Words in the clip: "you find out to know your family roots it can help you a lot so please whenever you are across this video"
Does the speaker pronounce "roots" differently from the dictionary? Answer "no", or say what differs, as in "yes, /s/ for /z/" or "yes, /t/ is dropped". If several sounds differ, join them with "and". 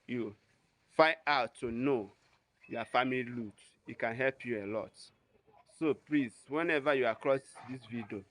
yes, /l/ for /ɹ/ and /s/ is dropped